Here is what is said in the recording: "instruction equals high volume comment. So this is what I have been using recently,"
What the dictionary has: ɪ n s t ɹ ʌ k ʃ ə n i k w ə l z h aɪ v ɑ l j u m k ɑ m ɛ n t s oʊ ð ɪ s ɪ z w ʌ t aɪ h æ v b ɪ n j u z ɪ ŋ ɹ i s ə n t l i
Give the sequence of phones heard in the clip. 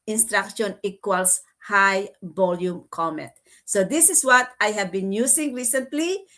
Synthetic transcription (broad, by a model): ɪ n s t ɹ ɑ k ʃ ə n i k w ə l s h aɪ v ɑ l j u m k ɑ m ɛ t s oʊ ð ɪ s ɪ s w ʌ t aɪ h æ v b ɪ n j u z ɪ ŋ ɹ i s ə n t l i